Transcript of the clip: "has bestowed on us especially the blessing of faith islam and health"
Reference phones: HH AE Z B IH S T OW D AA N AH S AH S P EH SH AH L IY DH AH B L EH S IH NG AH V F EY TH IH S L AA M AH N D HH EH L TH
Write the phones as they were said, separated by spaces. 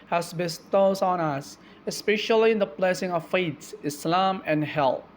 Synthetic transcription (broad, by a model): HH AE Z B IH S T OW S AA N AH S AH S P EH SH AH L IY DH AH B L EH S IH NG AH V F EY S IH S L AA M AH N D HH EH L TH